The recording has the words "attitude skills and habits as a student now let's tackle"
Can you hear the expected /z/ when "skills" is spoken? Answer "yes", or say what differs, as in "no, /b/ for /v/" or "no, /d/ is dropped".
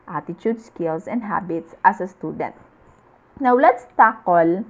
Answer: no, /s/ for /z/